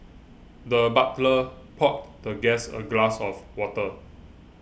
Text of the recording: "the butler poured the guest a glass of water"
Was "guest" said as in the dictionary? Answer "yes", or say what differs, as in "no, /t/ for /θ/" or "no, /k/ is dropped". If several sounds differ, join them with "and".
no, /t/ is dropped